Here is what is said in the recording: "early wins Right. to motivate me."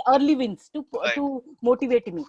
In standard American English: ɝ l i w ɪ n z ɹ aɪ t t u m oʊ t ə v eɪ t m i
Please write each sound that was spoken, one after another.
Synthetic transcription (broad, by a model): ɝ l i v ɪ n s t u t t u m oʊ t ə v eɪ t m i